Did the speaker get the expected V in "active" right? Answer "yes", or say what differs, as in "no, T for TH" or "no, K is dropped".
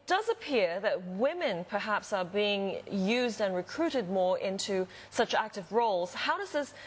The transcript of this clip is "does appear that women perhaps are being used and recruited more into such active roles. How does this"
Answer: yes